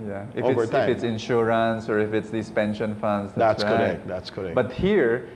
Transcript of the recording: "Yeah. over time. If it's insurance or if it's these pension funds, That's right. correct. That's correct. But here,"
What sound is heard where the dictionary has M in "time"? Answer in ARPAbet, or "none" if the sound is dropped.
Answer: none